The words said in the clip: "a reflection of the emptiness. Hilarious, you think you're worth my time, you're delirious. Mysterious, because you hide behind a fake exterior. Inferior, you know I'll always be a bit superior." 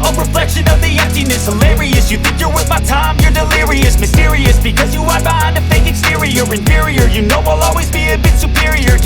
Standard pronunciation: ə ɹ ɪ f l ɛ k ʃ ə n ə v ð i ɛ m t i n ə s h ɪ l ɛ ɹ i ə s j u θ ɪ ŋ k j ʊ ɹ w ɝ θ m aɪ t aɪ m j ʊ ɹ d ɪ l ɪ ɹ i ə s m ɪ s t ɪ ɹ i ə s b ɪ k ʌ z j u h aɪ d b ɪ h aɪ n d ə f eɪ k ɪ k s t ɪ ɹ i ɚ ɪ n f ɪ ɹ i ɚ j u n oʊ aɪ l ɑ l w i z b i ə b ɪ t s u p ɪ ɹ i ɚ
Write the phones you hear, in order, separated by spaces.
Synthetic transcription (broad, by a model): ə ɹ ɪ f l ɛ k ʃ ə n ə v ð i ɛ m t i n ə s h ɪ l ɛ ɹ i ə s j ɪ θ ɪ ŋ k j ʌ ɹ w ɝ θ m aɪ t aɪ m j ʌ ɹ d ɪ l ɪ ɹ i ə s m ɪ s t ɪ ɹ i ə s b ɪ k ʌ z j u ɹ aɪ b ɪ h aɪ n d ə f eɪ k ɪ k s t ɪ ɹ i ɚ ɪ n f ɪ ɹ i ɚ j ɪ n oʊ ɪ l ɑ l w i z b i ə b ɪ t s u p ɪ ɹ i ɚ